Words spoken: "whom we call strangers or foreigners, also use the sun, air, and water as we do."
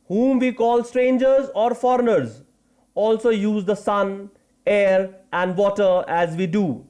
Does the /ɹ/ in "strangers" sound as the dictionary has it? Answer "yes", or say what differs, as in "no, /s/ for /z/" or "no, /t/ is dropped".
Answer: yes